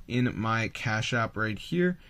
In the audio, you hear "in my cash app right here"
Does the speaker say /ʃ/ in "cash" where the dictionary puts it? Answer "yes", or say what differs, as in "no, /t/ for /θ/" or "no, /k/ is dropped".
yes